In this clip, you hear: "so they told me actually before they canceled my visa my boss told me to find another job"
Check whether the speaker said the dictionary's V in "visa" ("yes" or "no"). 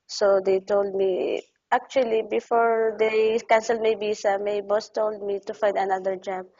no